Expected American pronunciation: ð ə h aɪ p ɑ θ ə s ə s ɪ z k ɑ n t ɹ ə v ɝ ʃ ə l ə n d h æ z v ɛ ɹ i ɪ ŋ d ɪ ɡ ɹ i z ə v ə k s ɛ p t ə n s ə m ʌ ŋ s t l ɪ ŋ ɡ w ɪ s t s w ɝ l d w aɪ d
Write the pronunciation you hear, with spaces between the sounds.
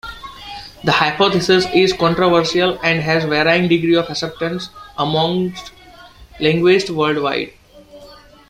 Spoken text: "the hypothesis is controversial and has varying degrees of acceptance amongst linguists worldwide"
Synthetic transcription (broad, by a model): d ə h aɪ p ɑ t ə s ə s ɪ z k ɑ n t ɹ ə v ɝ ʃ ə l ə n d h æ z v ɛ ɹ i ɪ ŋ d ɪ ɡ ɹ i ə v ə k s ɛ p t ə n s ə m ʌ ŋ s t l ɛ ŋ ɡ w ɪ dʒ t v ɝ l d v aɪ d